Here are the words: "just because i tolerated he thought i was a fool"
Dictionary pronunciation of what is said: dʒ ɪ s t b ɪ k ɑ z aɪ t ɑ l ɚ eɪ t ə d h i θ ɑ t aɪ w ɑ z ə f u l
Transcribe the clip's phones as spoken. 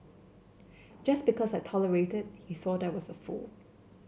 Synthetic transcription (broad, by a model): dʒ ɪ s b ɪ k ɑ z aɪ t ɑ l ɚ eɪ t ə d h i θ ɑ t aɪ w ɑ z ə f u l